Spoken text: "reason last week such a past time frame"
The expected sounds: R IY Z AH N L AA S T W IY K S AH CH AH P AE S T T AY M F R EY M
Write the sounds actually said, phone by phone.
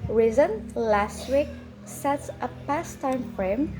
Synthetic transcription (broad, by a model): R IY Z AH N L AA S T W IY K S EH S AH P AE S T T AY M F R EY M